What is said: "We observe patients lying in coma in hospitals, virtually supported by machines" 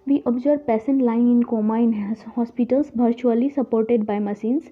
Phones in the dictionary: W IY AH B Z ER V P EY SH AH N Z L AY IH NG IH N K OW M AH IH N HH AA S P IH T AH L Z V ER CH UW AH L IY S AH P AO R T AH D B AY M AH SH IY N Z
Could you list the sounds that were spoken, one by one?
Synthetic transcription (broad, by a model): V IY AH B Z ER B P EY S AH N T L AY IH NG IH N K OW M AH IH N HH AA S P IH T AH L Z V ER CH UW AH L IY S AH P AO R T AH D B AY M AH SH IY N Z